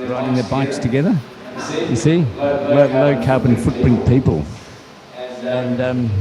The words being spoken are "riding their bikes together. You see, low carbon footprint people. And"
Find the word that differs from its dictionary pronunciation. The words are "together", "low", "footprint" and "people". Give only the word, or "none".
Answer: footprint